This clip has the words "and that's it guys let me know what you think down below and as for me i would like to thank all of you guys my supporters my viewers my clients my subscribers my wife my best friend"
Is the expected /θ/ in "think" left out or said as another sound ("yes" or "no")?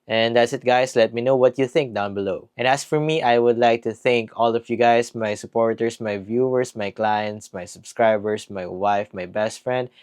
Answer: no